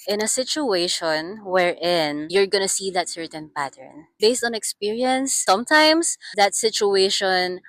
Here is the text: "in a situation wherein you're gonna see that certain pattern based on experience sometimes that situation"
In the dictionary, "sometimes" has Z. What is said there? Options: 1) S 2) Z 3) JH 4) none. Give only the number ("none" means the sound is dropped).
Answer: 1